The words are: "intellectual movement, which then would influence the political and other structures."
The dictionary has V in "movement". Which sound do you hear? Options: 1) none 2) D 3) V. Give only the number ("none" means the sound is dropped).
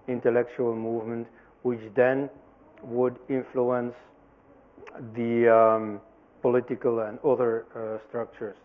3